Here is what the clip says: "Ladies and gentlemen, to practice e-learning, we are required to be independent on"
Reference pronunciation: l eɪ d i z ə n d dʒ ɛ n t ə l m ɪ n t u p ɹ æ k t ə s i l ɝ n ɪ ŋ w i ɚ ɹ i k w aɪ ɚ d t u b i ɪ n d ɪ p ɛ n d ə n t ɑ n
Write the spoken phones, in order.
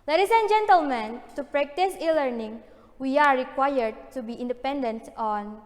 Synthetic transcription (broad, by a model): l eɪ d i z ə n dʒ ɛ n t ə l m ɪ n t u p ɹ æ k t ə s i l ɝ n ɪ ŋ w i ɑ ɹ i k w aɪ ɚ d t u b i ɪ n d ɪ p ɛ n d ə n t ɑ n